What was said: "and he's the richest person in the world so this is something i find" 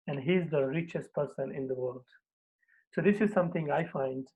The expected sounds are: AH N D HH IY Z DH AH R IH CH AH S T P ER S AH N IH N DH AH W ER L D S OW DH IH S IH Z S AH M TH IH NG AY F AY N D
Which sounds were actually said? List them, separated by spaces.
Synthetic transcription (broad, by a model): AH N D HH IY Z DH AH R IH CH AH S T P ER S AH N IH N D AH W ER L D S OW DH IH S IH Z S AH M T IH NG AY F AY N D